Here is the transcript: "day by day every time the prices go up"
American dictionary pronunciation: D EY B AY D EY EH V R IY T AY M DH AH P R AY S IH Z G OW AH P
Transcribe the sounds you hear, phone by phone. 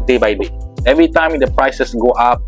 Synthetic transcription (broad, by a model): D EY B AY D EY EH V R IY T AY M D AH P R AY S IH S G OW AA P